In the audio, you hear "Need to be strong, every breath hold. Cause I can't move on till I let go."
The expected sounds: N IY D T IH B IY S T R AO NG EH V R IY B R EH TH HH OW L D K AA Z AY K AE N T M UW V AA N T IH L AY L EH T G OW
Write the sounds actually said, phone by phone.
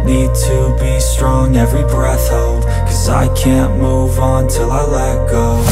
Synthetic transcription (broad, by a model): N IY D T IH B IY S T R AO NG EH V R IY B R EH TH HH OW L D K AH Z AY K AE N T M UW V N T IH L AY L EH T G OW